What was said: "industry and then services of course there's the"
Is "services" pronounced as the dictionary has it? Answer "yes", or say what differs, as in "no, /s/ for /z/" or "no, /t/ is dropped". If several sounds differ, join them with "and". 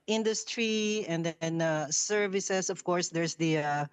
no, /s/ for /z/